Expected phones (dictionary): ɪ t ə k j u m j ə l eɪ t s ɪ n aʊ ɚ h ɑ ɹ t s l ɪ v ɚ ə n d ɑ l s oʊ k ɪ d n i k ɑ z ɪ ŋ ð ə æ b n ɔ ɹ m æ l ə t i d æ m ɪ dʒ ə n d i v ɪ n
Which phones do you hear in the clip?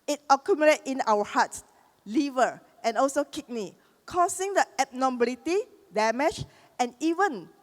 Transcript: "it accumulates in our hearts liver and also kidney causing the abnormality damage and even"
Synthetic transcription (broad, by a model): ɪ t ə k j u m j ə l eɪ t ɪ n aʊ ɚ h ɑ t s l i v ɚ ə n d ɑ l s oʊ k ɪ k n i k ɑ s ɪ ŋ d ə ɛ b n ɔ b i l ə t i d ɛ m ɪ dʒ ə n i v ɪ n